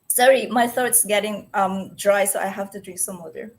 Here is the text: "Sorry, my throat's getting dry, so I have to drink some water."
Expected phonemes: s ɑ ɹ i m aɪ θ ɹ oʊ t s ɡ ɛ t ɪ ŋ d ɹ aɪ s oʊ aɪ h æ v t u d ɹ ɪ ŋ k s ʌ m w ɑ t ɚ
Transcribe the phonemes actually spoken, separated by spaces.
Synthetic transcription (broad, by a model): s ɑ ɹ i m aɪ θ oʊ t s ɡ ɛ t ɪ ŋ d ɹ aɪ s oʊ aɪ h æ f t u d ɹ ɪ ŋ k s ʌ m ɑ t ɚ